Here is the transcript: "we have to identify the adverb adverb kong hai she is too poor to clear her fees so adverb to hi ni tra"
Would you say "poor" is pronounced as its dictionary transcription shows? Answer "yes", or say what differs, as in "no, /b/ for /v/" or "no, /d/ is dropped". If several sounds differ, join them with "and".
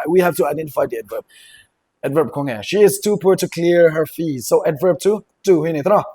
yes